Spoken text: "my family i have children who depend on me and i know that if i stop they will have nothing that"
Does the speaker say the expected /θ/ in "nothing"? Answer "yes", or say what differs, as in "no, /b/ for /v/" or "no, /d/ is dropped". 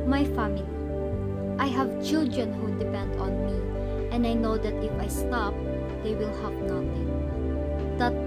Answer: no, /t/ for /θ/